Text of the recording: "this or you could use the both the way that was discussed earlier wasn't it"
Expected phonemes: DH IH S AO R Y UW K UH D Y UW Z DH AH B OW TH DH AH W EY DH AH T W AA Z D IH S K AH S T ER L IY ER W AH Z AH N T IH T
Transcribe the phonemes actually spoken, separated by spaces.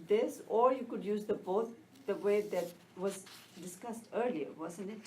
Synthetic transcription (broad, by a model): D IH S AO R Y UW K UH D Y UW Z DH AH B OW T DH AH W EY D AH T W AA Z D IH S K AH S T ER L IY ER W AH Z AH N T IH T